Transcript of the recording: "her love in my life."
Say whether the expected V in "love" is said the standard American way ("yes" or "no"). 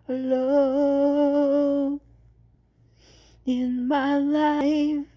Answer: no